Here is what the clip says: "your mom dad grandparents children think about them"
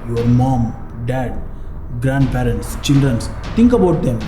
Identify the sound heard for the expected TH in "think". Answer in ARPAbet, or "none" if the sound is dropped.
S